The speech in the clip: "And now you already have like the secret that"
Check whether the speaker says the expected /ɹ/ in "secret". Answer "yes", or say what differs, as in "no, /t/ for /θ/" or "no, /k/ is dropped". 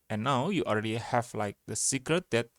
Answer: yes